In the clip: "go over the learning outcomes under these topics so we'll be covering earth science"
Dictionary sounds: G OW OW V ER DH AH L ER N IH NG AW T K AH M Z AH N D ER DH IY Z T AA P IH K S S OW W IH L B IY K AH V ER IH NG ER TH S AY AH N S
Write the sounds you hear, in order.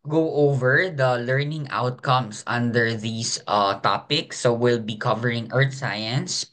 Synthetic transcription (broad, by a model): G OW OW V ER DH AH L ER N IH NG AW T K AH M S AH N D ER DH IY S T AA P IH K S S OW W IH L B IY K AH V ER IH NG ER T S AY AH N S